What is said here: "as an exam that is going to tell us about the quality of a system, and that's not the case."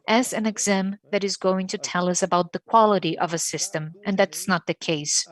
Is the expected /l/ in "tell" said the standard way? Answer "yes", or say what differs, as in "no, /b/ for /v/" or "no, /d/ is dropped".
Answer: yes